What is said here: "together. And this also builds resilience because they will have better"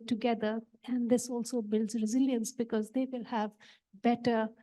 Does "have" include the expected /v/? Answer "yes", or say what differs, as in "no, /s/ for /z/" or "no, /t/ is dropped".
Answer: yes